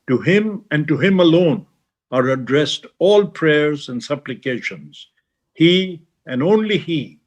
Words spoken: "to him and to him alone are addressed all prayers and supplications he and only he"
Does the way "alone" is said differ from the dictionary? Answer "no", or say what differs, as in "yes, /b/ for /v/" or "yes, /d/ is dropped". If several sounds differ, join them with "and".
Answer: no